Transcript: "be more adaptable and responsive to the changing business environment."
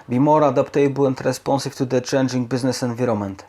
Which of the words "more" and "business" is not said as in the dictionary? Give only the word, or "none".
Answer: none